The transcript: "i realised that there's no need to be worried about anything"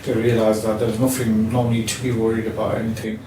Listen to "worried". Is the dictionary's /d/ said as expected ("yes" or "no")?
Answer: yes